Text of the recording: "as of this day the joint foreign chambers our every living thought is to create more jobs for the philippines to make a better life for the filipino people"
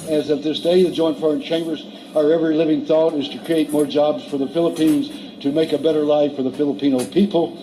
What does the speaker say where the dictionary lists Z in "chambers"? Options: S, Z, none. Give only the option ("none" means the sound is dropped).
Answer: Z